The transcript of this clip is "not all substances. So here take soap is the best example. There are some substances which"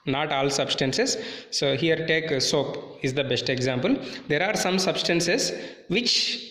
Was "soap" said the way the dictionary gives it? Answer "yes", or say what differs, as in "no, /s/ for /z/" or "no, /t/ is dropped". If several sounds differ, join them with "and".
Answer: yes